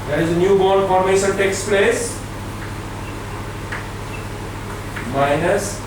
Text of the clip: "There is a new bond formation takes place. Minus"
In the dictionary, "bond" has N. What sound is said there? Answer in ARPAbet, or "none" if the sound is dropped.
none